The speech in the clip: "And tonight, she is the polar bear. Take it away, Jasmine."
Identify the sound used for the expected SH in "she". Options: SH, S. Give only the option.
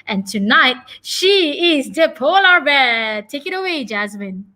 SH